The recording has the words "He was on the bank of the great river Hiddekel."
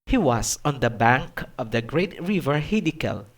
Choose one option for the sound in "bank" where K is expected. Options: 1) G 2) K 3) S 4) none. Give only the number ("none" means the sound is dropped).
2